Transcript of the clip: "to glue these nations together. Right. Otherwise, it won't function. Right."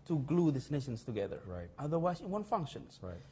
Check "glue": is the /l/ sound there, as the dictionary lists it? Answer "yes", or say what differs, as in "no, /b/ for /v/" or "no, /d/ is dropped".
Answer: yes